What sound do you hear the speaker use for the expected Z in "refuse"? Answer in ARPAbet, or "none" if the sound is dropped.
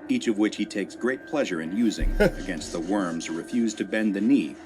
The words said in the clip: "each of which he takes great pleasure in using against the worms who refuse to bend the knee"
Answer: Z